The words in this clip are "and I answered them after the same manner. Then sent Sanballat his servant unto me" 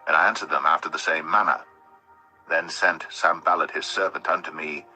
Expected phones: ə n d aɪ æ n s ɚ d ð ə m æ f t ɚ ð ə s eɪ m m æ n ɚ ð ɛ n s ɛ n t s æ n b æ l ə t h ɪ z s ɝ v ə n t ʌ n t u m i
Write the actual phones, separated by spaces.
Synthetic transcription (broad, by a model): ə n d aɪ æ n s ɚ d ð ə m æ f t ɚ ð ə s eɪ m m æ n ɚ ð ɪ n s ɛ n t s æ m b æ l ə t h ɪ z s ɝ v ə n t ʌ n t u m i